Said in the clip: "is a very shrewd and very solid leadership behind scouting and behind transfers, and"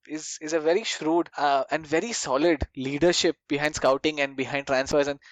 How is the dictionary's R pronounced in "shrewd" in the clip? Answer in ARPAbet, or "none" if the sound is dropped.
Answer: R